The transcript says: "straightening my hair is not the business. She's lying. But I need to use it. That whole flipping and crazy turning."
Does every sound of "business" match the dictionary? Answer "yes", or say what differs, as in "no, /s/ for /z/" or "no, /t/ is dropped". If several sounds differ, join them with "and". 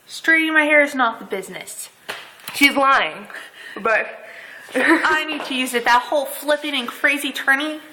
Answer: yes